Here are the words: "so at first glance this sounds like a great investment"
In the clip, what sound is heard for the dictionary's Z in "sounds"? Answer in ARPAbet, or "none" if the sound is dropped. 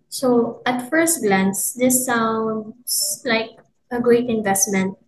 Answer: S